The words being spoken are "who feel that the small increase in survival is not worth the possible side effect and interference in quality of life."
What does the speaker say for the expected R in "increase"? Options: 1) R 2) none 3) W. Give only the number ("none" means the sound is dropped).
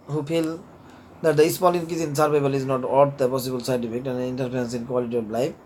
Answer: 2